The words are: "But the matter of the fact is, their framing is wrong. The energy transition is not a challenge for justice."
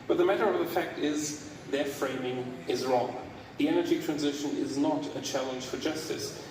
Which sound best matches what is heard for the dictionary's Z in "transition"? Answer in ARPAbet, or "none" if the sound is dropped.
Z